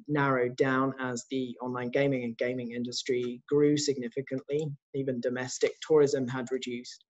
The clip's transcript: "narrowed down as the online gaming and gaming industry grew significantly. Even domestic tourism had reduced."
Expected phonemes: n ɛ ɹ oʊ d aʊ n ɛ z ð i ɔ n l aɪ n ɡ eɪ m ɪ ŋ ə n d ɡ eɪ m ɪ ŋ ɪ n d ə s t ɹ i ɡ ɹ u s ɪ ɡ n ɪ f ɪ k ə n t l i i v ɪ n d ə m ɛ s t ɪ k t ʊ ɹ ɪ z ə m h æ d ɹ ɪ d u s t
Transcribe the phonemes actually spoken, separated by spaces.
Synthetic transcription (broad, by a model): n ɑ ɹ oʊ d aʊ n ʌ z ð i ɔ n l aɪ n ɡ eɪ m ɪ ŋ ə n ɡ eɪ m ɪ ŋ ɪ n d ə s t ɹ i ɡ ɹ u s ɪ ɡ n ɪ f ɪ k ə n t l i i v ɪ n d ə m ɛ s t ɪ k t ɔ ɹ ɪ z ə m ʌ d ɹ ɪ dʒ u s t